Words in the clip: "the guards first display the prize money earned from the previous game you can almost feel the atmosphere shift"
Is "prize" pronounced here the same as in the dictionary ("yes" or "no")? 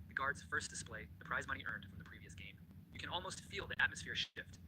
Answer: yes